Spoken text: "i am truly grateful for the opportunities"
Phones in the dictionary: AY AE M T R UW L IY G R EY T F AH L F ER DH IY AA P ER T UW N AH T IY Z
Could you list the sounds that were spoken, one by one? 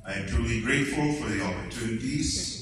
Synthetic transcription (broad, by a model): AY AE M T UW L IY G R EY T F AH L F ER DH IY AA P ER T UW N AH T IY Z